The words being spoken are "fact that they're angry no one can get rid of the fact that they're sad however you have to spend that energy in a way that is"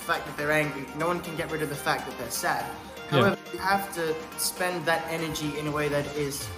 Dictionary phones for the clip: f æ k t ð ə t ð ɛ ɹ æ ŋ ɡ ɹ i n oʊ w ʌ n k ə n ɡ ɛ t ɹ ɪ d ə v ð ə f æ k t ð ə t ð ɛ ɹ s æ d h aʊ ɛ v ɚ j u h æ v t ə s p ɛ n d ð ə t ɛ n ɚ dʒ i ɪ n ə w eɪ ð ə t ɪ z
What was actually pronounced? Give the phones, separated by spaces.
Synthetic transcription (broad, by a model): f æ k ð ə t ð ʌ ɹ æ ŋ ɡ ɹ i n oʊ w ʌ n k ə n ɡ ɛ t ɹ ɪ d ə v ð ə f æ k ð ə t ð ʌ ɹ s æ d h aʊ ɛ v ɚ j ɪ h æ f t ə s p ɛ n ð ə t ɛ n ɚ dʒ i ɪ n ə w eɪ ð ə t ɪ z